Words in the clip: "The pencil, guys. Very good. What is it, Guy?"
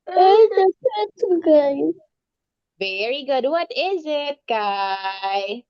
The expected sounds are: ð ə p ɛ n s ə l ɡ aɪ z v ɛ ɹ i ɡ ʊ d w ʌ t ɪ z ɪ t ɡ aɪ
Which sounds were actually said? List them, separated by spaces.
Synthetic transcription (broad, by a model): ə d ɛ s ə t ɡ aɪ v ɛ ɹ i ɡ ʊ d w ʌ t ɪ z ɪ t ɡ aɪ